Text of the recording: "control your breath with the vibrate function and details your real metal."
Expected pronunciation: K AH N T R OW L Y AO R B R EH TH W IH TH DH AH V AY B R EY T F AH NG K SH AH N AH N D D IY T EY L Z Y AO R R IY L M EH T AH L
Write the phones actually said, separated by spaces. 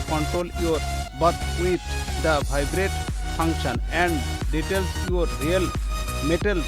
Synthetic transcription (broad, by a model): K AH N T R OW L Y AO R B AH T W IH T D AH B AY B R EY T P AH NG K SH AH N AH N D D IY T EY L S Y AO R R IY L M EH T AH L